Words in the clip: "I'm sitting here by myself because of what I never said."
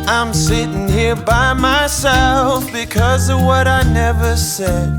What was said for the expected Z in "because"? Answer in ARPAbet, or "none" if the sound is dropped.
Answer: Z